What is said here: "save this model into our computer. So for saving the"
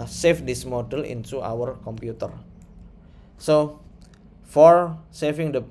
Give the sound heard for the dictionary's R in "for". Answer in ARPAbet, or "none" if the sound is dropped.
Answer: R